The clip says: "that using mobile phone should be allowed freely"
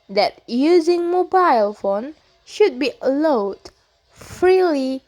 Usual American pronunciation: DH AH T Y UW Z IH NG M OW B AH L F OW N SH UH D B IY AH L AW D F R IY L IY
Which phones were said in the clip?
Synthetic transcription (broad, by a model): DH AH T Y UW Z IH NG M OW B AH L F OW N SH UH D B IY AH L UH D F R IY L IY